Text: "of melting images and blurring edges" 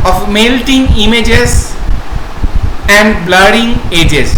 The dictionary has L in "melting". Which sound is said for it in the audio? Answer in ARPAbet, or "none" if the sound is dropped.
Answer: L